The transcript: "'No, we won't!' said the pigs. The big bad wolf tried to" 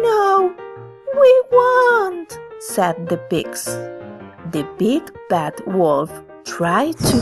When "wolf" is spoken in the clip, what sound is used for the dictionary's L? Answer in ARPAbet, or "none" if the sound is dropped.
L